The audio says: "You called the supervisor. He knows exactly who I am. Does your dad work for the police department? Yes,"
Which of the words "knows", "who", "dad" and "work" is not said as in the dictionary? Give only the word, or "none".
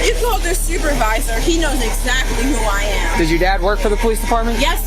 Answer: none